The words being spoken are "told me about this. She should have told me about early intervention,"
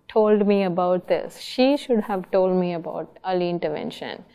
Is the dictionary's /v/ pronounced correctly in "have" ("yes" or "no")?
yes